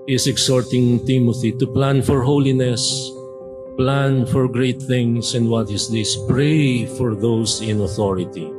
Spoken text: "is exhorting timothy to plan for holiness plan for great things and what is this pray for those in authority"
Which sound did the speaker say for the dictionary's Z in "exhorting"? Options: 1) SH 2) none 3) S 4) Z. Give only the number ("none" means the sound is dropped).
3